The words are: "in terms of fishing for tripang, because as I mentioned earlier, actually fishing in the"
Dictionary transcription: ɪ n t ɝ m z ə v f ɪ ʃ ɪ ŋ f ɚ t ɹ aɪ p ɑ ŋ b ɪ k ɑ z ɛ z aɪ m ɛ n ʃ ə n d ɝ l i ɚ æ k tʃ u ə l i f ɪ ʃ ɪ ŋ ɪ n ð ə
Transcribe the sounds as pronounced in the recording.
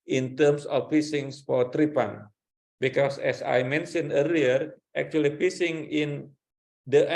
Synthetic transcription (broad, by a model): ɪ n t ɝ m s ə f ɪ s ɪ ŋ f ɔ t ɹ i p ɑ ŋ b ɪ k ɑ s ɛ s aɪ m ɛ n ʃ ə n ɝ l i ɚ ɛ k tʃ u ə l i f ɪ s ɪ ŋ ɪ n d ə